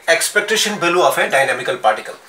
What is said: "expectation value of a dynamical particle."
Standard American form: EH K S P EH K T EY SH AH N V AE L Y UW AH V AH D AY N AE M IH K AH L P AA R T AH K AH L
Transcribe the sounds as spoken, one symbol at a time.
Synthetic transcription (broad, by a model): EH K S P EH K T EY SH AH N B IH L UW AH F AH D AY N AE M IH K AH L P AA R T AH K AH L